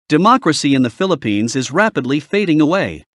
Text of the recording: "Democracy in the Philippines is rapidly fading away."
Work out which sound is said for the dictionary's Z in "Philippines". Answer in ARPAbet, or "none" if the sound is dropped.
Z